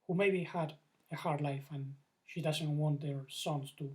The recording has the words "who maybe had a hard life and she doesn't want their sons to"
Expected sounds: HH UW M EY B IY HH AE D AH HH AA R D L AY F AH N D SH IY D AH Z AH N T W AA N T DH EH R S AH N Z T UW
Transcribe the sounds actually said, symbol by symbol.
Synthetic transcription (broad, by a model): HH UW M EY B IY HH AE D AH HH AA R D L AY F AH N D SH IY D AH Z AH N T W AA N T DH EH R S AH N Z T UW